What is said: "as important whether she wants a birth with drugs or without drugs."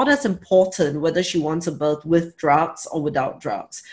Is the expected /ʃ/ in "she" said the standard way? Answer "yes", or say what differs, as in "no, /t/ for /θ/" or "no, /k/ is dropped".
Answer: yes